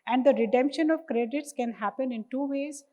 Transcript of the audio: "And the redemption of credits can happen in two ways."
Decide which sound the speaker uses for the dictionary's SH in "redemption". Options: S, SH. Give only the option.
SH